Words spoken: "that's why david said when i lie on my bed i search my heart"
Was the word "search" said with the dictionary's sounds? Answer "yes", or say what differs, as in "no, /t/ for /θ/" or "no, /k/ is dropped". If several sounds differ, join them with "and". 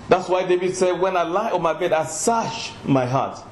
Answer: no, /ʃ/ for /tʃ/